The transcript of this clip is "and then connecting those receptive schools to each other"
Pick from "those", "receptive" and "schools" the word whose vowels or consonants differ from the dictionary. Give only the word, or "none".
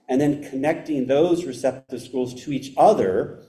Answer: none